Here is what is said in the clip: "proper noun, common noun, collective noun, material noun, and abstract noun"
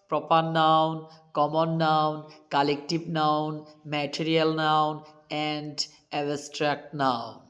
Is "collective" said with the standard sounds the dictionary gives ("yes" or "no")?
no